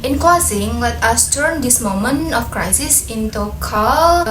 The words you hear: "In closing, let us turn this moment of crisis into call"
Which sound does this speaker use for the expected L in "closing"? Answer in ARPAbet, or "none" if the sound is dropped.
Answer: none